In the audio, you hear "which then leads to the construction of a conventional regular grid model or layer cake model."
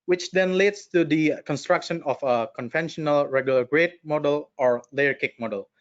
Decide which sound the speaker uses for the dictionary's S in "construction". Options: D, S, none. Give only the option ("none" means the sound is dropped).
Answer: S